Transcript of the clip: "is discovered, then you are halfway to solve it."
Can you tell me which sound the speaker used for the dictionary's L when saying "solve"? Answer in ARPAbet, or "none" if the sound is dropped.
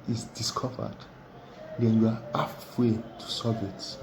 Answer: none